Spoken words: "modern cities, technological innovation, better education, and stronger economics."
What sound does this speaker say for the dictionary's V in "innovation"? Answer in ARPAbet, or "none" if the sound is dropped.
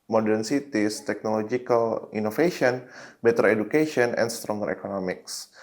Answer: F